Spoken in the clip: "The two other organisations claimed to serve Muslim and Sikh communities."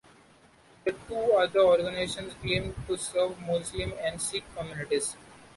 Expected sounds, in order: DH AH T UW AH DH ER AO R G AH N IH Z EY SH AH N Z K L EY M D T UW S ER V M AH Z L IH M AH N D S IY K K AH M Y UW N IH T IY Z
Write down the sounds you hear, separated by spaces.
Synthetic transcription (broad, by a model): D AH T UW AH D ER AO R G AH N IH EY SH AH N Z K EY M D T UW S ER V M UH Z L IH M AH N D S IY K K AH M Y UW N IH T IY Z